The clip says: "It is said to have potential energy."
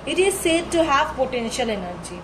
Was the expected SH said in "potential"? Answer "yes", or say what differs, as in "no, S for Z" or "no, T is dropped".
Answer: yes